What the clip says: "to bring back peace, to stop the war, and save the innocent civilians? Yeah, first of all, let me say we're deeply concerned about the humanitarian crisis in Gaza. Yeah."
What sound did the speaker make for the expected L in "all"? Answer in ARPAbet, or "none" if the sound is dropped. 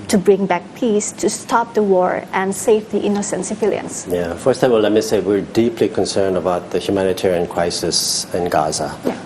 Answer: W